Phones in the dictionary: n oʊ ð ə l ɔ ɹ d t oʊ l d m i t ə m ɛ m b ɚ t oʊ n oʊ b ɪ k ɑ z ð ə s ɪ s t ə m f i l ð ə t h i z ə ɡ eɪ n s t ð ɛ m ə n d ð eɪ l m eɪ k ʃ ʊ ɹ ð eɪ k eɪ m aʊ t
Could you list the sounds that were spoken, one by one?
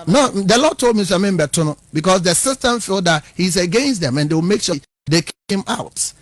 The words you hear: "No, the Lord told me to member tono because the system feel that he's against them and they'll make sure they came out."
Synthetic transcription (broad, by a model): n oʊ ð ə l ɔ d t oʊ l d m i s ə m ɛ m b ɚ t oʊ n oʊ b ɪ k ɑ s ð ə s ɪ s t ə m f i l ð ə t h i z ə ɡ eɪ n s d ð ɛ m ə n d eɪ w m eɪ k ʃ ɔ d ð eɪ k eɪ m aʊ t